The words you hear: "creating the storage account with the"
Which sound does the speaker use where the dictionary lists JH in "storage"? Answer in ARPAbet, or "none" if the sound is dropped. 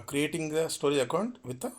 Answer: none